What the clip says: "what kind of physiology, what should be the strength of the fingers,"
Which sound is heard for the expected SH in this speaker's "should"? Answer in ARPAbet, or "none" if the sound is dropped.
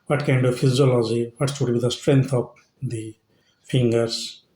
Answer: S